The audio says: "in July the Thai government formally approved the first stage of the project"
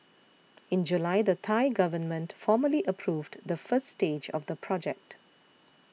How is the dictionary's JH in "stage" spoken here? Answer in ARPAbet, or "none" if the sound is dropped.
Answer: JH